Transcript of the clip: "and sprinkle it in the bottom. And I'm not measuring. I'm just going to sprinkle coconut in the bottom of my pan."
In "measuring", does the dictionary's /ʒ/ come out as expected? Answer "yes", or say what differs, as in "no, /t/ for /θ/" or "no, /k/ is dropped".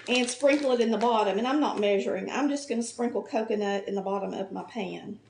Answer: yes